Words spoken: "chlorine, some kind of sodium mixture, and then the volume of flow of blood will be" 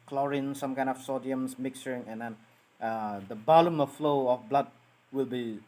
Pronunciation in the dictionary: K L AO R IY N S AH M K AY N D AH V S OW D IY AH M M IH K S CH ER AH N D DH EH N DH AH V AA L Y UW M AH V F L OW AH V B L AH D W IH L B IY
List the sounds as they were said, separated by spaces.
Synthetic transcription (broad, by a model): K L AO R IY N S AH M K AY N D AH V S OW D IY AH M M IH K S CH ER AH N D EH N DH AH B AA L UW M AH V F L OW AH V B L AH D W IH L B IY